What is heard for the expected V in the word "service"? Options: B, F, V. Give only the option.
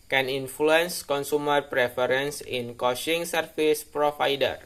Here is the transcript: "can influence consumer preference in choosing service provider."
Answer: F